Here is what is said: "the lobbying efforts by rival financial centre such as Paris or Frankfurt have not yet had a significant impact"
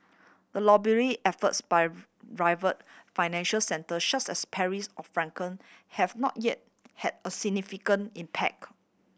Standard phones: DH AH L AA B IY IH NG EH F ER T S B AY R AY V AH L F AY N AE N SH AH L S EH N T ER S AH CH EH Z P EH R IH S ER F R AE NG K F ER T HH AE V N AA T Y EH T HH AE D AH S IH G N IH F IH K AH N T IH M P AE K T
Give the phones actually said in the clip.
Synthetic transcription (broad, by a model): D AH L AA B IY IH EH F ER T S B AY R AY V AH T F AY N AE N SH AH L S EH N T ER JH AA S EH S P EH R IH S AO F R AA NG K ER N HH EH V N AA T Y EH T HH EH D AH S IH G N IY F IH K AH N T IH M P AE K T